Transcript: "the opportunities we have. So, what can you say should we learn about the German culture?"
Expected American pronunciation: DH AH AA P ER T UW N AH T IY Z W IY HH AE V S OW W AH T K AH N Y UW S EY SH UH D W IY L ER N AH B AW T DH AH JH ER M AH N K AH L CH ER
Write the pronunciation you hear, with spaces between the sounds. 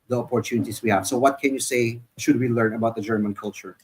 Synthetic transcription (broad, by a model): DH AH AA P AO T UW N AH T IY S W IY HH AE V S OW W AH T K AH N Y UW S EY SH UH D W IY L ER N AH B AW T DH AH JH ER M AH N K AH L CH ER